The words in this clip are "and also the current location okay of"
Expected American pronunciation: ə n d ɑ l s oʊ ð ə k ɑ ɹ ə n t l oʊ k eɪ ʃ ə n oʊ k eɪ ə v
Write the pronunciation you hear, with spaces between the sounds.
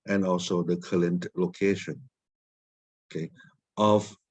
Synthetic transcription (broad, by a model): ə n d ɑ l s oʊ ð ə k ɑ l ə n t l oʊ k eɪ ʃ ə n oʊ k eɪ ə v